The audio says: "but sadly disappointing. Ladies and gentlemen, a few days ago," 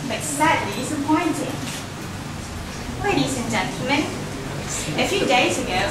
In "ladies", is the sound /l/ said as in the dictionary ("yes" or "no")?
no